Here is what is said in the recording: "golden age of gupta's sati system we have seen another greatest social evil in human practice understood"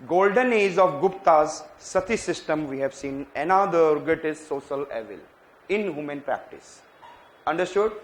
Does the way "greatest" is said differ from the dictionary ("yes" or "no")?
yes